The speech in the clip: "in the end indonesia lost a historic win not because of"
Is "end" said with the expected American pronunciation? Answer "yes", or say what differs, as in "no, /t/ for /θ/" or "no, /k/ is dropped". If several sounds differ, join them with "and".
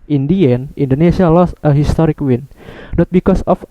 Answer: no, /d/ is dropped